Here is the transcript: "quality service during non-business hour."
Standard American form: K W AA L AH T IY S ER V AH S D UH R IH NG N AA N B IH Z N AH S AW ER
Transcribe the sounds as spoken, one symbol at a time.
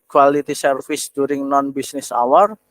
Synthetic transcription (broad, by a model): K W AA L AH T IY S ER F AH S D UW R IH NG N AA N B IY S N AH S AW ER